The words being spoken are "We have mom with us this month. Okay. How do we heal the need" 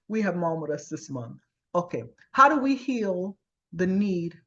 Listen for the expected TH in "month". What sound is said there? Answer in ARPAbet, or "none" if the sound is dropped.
TH